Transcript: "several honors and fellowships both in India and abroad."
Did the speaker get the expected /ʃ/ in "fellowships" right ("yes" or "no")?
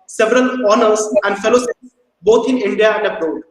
no